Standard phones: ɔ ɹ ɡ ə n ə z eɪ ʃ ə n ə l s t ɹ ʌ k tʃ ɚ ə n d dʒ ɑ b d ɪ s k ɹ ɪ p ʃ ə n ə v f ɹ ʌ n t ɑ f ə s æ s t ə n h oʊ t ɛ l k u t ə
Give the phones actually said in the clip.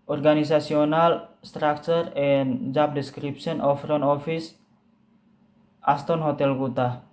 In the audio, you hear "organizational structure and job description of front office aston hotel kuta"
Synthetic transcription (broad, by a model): ɔ ɹ ɡ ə n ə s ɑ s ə n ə l s t ɹ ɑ k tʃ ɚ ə n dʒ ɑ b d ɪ s k ɹ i p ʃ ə n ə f ɹ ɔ n ɑ f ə s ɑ s t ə n h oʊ t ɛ l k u t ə